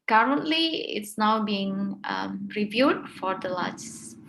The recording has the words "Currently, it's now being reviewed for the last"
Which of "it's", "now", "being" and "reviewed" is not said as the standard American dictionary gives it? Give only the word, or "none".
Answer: none